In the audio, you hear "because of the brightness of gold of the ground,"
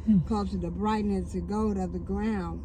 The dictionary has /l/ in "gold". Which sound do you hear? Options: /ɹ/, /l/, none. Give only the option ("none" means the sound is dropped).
none